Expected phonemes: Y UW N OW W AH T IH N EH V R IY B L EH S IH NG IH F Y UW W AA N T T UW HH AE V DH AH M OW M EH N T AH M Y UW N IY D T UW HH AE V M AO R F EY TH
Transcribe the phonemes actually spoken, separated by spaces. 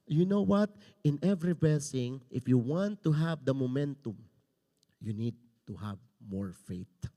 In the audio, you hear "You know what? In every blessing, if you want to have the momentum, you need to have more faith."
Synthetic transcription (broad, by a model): Y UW N OW W AH T IH N EH V R IY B EH S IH NG IH F Y UW W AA N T T UW HH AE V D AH M OW M EH N T AH M Y UW N IY D T UW HH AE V M AO R F EY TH